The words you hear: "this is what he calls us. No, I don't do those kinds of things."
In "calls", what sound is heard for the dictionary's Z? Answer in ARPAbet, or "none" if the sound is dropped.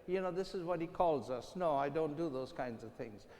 Z